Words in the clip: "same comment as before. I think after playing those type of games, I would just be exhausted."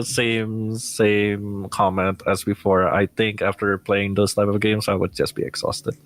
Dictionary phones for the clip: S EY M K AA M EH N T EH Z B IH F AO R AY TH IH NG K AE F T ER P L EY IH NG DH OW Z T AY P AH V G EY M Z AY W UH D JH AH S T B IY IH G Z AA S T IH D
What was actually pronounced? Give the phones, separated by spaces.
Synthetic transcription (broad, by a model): S EY M K AA M EH N T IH Z B IH F AO R AY TH IH NG K AE F T ER P L EY IH NG DH OW Z T AY P AH V G EY M Z AY W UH D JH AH S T B IY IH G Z AA S T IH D